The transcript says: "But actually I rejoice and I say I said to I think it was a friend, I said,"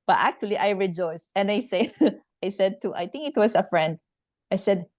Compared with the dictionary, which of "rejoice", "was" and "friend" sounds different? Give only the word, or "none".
was